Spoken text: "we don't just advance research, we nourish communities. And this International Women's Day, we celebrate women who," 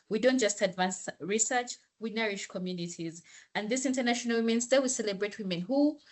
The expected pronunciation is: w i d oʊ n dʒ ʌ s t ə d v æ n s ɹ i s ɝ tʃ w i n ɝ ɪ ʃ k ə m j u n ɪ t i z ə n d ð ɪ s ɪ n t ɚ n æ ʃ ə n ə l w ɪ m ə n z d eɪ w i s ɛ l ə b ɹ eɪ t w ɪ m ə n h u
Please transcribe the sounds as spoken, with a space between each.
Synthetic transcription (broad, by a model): w i d oʊ n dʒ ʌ s t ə d v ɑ n s ɹ i s ɝ tʃ w i n ɝ ɪ ʃ k ə m j u n ɪ t i z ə n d ð ɪ s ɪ n t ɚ n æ ʃ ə n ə l w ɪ m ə n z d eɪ w i s ɛ l ə b ɹ eɪ t w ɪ m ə n h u